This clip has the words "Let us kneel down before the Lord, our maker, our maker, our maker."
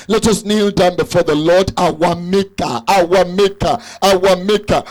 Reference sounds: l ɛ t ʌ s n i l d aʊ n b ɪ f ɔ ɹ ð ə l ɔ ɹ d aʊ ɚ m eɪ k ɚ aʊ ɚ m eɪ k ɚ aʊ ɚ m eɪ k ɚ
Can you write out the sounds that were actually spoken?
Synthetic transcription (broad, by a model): l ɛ t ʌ s n i l d aʊ n b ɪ f ɔ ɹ ð ə l ɔ d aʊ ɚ m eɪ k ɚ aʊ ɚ m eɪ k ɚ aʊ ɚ m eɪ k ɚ